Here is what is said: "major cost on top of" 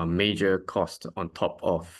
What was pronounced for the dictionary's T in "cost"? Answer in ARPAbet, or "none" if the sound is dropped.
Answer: T